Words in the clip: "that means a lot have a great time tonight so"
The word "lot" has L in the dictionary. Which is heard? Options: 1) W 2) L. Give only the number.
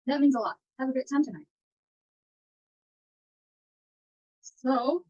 2